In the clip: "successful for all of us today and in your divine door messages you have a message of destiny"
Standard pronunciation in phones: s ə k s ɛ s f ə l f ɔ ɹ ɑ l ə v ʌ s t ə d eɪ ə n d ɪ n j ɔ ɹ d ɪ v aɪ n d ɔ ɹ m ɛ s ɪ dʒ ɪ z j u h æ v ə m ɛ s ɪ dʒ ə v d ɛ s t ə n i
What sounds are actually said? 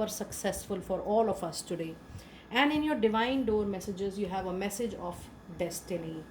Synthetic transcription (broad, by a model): s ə k s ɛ s f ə l f ɔ ɹ ɑ l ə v ʌ s t ə d eɪ ə n d ɪ n j ɔ ɹ d ɪ v aɪ n d ɔ ɹ m ɛ s ɪ dʒ ɪ z j u h æ v ə m ɛ s ɪ dʒ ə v d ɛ s t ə n i